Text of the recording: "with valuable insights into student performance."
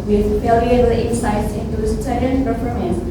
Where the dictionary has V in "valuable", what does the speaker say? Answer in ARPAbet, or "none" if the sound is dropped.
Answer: F